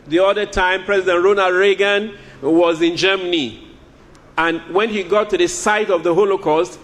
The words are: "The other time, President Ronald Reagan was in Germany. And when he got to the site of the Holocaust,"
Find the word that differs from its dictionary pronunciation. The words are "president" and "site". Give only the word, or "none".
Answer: none